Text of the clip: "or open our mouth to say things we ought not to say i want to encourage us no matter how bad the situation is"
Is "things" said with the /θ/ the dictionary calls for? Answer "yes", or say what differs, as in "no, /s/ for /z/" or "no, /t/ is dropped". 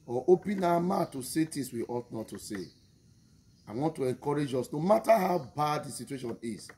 no, /t/ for /θ/